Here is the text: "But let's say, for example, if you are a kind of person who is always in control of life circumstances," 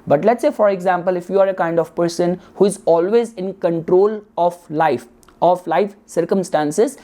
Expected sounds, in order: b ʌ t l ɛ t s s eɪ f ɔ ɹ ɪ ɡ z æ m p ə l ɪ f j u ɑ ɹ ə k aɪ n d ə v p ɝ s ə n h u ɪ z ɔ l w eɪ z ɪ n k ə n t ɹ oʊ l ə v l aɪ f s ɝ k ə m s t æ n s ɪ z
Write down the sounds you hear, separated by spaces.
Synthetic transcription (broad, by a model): b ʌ t l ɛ t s s eɪ f ɔ ɹ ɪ ɡ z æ m p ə l ɪ f j u ɑ ɹ ə k aɪ n d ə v p ɝ s ə n h u ɪ z ɔ l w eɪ z ɪ n k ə n t ɹ oʊ l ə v l aɪ f s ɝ k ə m s t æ n s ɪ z